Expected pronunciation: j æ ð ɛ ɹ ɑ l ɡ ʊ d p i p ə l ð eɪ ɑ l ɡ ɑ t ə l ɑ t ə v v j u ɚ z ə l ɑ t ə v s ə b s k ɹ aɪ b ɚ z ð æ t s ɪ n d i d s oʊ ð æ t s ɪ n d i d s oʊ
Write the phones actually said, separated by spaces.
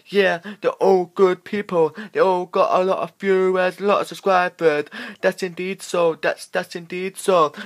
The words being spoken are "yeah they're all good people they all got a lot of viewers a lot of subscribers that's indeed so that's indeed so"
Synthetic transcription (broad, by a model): j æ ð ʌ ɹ ɑ l ɡ ʊ d p i p ə l ð eɪ ɑ l ɡ ɑ t ə l ɑ t ə v b j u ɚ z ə l ɑ t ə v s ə s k ɹ aɪ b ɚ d ð æ t s ɪ n d i d s oʊ ð æ t s ɪ n d i d s oʊ